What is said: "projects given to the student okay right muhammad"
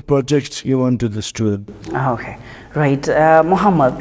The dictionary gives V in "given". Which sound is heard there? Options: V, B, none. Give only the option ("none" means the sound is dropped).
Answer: none